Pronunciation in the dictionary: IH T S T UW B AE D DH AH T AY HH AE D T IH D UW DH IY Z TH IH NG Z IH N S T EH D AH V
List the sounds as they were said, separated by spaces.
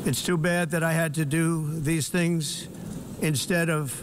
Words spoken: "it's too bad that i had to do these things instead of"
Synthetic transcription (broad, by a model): IH T S T UW B AE D DH AH T AY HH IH D T IH D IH DH IY Z TH IH NG Z IH N S T EH D AH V